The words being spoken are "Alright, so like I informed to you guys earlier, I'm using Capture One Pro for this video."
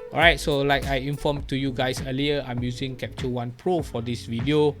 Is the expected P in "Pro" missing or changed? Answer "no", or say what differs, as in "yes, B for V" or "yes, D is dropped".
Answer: no